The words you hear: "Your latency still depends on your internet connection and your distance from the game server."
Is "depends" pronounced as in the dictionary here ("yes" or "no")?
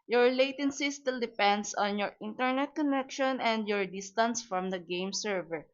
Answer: no